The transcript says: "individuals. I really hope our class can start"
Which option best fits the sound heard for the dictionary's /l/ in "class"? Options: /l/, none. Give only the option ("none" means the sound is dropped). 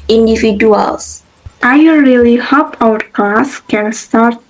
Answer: none